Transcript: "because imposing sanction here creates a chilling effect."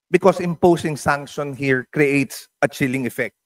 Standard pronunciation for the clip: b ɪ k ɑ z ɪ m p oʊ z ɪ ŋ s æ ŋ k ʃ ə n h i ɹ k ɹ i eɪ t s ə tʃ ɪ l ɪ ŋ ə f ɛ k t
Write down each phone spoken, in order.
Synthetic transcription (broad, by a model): b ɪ k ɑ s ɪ m p oʊ s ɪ ŋ s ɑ ŋ k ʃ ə n h i ɹ k ɹ i eɪ t s ə tʃ ɪ l ɪ ŋ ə f ɛ k t